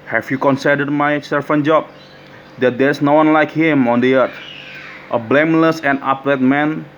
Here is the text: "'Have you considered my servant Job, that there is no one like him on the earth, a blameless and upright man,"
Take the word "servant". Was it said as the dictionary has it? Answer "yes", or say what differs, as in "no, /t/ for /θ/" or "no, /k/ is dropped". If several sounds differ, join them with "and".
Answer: no, /f/ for /v/